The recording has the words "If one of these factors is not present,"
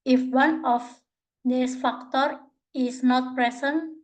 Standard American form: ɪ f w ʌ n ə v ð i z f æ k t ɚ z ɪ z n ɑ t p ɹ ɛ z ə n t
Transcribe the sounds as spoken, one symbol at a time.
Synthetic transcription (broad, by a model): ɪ f w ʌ n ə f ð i s f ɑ k t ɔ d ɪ s n ɑ t p ɹ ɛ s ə n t